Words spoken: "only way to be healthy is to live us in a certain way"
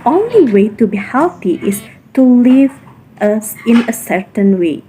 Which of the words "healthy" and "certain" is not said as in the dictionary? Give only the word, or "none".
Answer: healthy